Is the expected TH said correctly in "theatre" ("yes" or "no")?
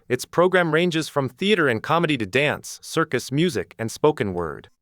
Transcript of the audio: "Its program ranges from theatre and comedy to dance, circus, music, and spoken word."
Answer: yes